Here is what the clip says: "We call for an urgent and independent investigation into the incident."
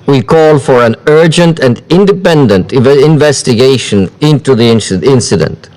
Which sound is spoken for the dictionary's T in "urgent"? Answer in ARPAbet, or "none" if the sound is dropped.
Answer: T